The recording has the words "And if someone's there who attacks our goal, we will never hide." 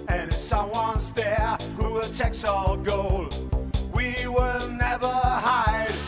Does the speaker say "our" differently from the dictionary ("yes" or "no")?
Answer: yes